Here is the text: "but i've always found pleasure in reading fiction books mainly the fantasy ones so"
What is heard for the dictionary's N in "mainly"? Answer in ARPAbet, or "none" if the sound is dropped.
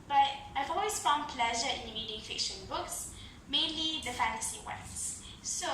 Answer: N